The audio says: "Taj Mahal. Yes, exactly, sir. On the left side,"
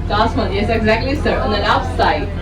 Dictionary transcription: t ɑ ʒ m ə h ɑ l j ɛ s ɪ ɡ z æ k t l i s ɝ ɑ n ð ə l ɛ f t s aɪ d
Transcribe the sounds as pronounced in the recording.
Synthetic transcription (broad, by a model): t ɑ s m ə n j ɛ s ɪ ɡ z æ k t l i s ɝ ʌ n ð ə n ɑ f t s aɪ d